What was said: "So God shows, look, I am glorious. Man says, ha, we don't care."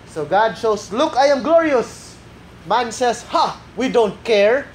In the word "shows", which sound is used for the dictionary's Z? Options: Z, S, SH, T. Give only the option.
S